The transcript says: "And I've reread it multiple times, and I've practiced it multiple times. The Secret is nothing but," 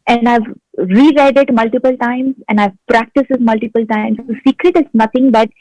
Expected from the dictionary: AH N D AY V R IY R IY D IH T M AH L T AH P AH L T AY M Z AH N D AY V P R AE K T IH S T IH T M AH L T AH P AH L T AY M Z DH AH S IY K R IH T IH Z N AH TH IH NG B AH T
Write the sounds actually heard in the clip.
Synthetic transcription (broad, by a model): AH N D AY V R IY R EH D IH T M AH L T AH P AH L T AY M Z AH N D AY V P R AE K T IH S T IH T M AH L T AH P AH L T AY M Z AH S IY K R IH T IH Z N AH T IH NG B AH T